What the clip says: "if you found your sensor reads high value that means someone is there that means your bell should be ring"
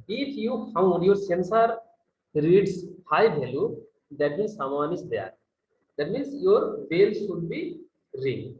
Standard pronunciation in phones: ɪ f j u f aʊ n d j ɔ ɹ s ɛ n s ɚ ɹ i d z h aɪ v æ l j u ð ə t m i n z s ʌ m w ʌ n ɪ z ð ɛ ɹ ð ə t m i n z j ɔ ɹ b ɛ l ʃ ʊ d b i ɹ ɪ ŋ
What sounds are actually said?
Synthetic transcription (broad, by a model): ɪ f j u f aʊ n d j ɔ ɹ s ɛ n s ɚ ɹ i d s h aɪ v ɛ l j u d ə t m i n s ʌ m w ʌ n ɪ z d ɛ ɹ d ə t m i n s j ɔ ɹ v ɛ l s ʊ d b i ɹ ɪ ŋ